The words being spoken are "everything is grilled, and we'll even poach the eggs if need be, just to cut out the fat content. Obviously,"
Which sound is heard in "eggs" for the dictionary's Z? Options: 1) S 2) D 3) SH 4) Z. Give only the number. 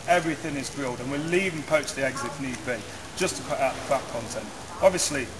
4